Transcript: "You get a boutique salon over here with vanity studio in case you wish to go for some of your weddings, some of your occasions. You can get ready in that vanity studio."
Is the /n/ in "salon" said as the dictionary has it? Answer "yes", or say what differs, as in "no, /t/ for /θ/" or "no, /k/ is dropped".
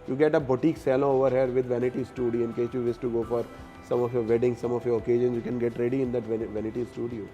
no, /n/ is dropped